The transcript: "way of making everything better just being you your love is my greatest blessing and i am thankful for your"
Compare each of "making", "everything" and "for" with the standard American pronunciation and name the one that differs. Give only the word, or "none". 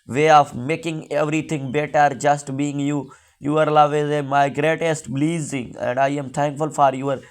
everything